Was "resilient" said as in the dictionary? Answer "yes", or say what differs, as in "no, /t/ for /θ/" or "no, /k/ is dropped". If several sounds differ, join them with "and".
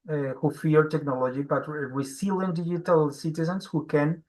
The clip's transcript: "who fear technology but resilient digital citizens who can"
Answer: no, /w/ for /ɹ/ and /s/ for /z/